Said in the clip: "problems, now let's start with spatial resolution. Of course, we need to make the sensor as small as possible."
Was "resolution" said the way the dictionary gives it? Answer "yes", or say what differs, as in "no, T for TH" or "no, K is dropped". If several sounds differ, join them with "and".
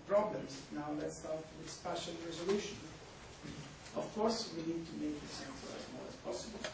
yes